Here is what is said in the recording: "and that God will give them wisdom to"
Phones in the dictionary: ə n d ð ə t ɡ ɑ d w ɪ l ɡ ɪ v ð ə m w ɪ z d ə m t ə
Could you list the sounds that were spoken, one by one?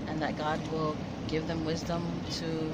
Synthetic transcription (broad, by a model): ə n ð ə t ɡ ɑ d w ɪ l ɡ ɪ v ð ə m w ɪ z d ə m t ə